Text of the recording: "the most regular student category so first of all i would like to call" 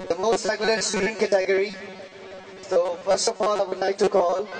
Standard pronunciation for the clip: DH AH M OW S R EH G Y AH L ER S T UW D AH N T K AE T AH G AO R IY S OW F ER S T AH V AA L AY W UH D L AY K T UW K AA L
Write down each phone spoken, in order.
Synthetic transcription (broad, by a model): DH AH M OW S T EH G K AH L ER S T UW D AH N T K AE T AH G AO R IY S OW F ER S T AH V AA L AY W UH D N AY T UW K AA L